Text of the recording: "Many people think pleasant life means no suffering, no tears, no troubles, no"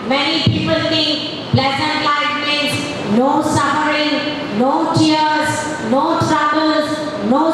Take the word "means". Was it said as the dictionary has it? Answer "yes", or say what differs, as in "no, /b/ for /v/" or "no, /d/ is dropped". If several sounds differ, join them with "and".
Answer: no, /n/ is dropped